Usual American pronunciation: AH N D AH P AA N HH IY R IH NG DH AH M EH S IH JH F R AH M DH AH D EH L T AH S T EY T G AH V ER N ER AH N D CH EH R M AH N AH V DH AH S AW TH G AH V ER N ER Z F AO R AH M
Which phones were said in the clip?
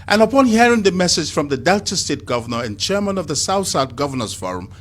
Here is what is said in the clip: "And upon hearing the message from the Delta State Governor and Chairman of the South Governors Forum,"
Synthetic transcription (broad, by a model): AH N AH P AA N HH IY R IH NG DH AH M EH S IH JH F R AH M DH AH D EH L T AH S T EY T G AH V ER N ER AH N CH EH R M AH N AH V DH AH S AW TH G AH V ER N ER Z F AO R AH M